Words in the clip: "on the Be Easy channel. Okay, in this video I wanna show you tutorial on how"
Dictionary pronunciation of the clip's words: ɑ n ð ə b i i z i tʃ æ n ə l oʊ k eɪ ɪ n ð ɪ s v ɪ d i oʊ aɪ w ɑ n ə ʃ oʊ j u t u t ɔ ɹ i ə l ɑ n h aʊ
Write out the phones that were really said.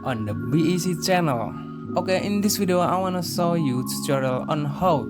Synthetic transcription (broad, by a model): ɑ n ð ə b i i s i tʃ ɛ n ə l oʊ k eɪ ɪ n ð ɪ s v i d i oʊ aɪ w ɑ n ə s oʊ j u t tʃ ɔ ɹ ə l ɑ n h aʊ